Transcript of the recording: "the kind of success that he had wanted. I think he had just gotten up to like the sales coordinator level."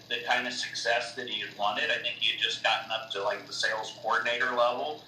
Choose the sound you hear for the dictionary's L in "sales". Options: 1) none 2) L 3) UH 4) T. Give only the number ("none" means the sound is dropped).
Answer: 2